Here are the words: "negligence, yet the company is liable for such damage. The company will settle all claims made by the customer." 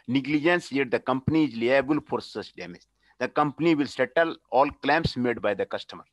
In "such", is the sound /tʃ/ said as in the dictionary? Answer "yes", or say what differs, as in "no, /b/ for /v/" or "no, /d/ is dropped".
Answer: no, /s/ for /tʃ/